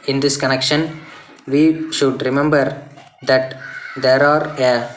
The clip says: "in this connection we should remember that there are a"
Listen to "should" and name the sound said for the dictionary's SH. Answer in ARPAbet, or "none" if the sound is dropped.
SH